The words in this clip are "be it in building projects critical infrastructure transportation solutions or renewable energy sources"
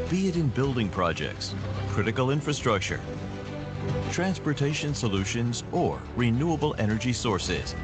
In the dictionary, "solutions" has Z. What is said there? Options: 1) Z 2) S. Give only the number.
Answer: 1